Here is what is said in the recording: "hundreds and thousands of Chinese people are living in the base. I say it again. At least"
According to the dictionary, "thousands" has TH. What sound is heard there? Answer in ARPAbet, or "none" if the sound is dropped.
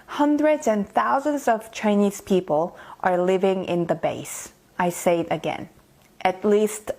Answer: TH